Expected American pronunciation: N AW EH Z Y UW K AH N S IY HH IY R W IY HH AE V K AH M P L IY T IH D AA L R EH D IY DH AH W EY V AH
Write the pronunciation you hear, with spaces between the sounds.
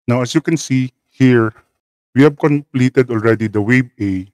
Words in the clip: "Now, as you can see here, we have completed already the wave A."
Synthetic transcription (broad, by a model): N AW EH S Y UW K AH N S IY HH IY R W IY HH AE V K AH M P L IY T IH D AA L R EH D IY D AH W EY B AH